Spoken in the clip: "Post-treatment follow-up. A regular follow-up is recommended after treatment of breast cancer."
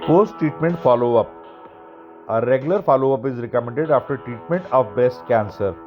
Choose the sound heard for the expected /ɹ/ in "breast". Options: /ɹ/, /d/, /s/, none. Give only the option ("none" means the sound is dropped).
none